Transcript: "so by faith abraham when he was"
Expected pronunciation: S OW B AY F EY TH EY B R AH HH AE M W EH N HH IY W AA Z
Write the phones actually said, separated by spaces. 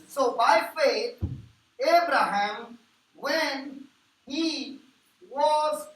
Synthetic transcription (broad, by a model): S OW B AY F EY T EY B R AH HH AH M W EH N HH IY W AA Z